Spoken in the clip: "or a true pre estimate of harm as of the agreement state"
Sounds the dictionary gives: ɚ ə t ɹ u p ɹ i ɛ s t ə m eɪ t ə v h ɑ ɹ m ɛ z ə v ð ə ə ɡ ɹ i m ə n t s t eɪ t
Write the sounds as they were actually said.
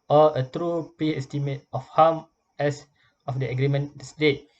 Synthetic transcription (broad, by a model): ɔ ə t ɹ u p i ɛ s t ə m eɪ t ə f h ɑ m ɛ s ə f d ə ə ɡ ɹ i m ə n s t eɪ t